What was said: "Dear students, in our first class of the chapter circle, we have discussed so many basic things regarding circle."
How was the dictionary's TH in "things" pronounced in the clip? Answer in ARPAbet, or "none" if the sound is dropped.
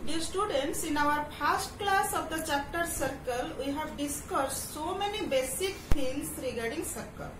F